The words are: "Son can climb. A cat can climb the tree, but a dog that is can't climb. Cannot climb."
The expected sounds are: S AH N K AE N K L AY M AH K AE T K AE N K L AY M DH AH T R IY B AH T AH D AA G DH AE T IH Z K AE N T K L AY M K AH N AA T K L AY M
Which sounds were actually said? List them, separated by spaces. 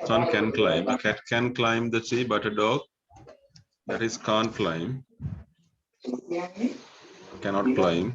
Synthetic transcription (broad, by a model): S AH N K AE N K L AY M AH K AE T K AE N K L AY M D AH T IY B AH T AH D AA G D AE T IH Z K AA N T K L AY M K AH N AA T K L AY M